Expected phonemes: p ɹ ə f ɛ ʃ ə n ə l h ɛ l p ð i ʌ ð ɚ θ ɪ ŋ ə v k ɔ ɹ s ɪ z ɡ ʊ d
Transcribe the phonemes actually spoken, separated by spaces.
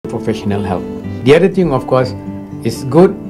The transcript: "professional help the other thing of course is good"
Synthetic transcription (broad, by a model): p ɹ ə f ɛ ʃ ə n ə l h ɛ l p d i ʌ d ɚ t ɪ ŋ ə f k ɔ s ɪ s ɡ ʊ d